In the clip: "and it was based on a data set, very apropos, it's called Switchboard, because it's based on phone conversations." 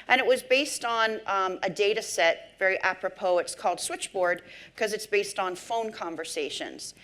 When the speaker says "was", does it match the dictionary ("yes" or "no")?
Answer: yes